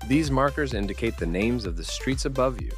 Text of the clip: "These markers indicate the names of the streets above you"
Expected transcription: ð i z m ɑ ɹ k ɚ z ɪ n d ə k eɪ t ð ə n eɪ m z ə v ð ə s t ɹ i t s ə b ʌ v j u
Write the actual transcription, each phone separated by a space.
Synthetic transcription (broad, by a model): ð i z m ɑ ɹ k ɚ z ɪ n d ə k eɪ t ð ə n eɪ m z ə v ð ə s t ɹ i t s ə b ʌ v j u